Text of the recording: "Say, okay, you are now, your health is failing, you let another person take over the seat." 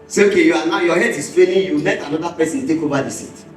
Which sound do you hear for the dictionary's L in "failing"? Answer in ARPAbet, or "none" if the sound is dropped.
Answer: N